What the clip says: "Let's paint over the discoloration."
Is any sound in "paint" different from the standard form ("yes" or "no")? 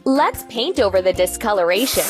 no